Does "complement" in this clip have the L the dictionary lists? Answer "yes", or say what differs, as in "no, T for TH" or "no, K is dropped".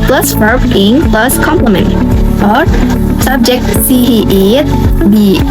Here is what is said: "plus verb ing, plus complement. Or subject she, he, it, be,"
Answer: yes